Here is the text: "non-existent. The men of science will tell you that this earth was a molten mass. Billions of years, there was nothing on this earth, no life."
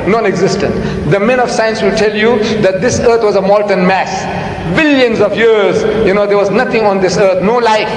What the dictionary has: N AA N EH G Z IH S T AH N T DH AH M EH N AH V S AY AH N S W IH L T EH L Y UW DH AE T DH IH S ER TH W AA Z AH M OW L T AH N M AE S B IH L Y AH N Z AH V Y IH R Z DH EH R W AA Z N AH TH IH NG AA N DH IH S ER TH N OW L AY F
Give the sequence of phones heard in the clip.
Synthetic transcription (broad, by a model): N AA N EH G Z IH S T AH N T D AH M EH N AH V S AY AH N S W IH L T EH L Y UW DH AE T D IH S ER T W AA Z AH M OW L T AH N M AE S B IH L Y AH N Z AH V Y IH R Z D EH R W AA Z N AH T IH NG AA N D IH S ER T N OW L AY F